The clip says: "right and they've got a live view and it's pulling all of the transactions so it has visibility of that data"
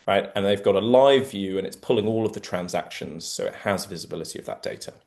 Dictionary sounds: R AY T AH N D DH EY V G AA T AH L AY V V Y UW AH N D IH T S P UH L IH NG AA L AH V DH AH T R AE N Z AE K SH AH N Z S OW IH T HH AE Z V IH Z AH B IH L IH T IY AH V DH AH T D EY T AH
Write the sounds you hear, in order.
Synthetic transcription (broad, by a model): R AY T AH N DH EY V G AA T AH L AY V V Y UW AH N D IH T S P UH L IH NG AA L AH V DH AH T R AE N Z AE K SH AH N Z S OW IH T HH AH Z V IH Z AH B IH L IH T IY AH V DH AH T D EY T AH